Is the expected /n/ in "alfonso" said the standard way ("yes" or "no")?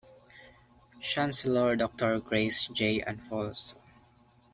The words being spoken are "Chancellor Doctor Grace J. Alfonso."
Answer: no